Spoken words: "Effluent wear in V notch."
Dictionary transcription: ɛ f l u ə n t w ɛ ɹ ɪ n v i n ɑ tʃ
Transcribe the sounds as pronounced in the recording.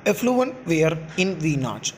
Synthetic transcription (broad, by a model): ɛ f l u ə n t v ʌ ɹ ɪ n v i n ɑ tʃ